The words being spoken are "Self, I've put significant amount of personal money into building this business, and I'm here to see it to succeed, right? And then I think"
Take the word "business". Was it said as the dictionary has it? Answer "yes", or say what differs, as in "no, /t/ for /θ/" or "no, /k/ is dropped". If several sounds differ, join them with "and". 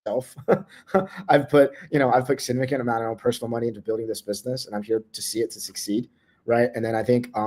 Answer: yes